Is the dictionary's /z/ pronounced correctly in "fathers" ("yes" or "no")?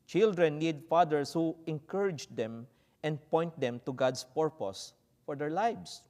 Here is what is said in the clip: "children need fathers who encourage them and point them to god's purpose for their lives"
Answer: no